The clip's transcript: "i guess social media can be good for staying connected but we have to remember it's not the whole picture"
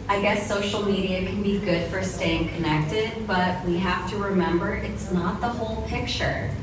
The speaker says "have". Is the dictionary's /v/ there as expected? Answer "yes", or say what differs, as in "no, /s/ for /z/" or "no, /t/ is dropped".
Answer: no, /f/ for /v/